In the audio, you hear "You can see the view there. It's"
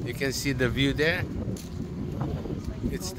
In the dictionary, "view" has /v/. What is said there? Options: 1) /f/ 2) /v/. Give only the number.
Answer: 2